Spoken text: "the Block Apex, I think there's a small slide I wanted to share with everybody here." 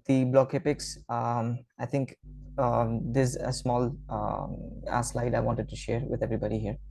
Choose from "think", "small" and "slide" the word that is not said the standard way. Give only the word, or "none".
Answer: think